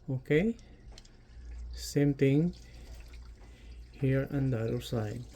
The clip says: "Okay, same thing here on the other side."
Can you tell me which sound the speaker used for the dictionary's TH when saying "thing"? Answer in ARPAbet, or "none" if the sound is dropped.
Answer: T